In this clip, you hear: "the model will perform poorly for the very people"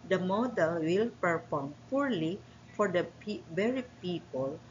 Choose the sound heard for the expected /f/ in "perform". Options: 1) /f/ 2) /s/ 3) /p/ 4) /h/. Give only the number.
3